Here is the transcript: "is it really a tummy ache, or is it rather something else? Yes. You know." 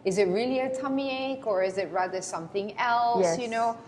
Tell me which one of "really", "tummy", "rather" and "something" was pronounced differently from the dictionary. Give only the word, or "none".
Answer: none